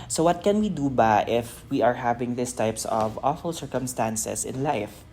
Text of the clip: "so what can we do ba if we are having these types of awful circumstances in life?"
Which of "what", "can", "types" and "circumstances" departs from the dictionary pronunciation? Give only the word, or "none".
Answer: circumstances